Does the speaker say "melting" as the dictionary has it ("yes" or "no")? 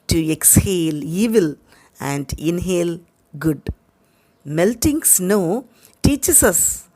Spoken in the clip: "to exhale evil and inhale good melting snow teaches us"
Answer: yes